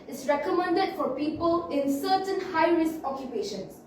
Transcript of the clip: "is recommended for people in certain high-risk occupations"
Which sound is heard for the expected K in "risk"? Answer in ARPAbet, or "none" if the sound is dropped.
none